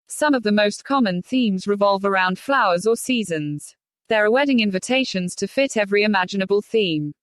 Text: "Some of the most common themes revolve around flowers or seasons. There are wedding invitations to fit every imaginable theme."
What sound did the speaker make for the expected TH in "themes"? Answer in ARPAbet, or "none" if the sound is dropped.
TH